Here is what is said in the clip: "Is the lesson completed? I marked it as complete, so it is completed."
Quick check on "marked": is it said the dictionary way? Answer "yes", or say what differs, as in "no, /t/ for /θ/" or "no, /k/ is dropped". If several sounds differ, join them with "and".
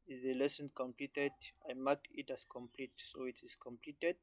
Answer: no, /t/ is dropped